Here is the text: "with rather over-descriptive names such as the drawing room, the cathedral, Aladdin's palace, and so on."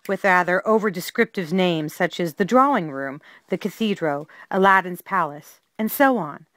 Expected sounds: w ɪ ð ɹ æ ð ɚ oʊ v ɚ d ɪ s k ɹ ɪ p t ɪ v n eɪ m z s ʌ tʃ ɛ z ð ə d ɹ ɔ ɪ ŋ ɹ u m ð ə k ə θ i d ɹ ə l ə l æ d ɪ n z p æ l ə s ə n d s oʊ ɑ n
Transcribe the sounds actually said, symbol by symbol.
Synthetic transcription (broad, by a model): w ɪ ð ɹ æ ð ɚ oʊ v ɚ d ɪ s k ɹ ɪ p t ɪ v n eɪ m z s ʌ tʃ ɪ z ð ə d ɹ ɔ ɪ ŋ ɹ u m ð ə k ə θ i d ɹ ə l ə l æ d n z p æ l ə s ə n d s oʊ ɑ n